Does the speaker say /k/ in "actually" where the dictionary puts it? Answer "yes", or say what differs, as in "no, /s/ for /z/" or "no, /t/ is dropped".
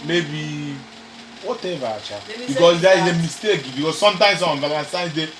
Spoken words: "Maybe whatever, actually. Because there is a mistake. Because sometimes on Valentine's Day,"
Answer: no, /k/ is dropped